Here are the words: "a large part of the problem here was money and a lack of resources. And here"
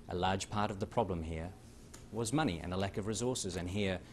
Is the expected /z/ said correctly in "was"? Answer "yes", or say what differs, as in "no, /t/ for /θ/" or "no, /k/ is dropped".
yes